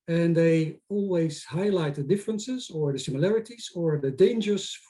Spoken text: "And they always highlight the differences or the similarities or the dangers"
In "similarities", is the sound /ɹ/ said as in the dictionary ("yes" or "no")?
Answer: yes